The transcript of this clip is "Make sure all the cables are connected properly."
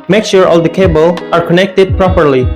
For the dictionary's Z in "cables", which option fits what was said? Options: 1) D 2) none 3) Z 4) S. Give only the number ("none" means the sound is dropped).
2